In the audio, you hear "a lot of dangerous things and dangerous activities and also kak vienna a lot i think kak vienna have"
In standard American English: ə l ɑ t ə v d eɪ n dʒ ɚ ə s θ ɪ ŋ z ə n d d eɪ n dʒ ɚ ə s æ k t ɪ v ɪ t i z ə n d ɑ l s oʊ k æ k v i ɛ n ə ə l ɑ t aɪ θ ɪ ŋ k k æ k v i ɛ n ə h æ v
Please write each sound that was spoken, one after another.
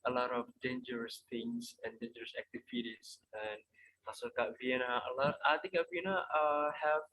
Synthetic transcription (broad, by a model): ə l ɑ t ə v d eɪ n dʒ ɚ ə s t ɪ ŋ s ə n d d eɪ n dʒ ɚ ə s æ k t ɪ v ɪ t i s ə n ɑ s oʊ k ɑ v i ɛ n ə ə l ɑ t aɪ t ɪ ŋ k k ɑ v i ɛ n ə h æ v